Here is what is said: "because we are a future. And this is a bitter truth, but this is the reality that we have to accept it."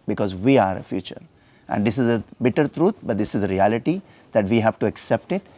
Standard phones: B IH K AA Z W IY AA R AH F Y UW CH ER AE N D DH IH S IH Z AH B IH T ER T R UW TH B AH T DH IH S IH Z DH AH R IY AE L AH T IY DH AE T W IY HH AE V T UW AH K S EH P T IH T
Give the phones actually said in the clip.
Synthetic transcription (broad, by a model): B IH K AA Z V IY AA R AH F Y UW CH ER AE N D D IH S IH Z AH B IH T ER T R UW T B AH T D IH S IH Z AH R IY AE L AH T IY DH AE T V IY HH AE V T UW AH K S EH P T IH T